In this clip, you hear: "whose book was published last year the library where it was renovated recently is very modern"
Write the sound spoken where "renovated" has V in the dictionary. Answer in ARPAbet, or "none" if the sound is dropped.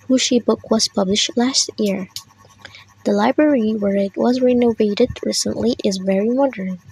V